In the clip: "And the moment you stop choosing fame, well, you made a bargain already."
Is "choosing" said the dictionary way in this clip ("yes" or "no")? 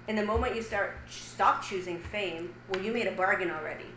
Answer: yes